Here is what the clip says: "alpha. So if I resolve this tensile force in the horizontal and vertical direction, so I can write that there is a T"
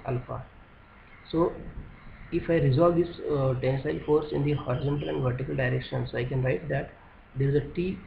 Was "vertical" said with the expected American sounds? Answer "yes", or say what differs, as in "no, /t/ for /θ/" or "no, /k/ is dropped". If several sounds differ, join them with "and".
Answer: yes